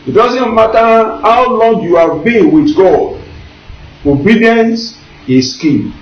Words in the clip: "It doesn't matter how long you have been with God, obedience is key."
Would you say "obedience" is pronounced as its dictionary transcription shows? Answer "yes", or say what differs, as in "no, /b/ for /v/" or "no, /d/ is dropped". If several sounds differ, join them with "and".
yes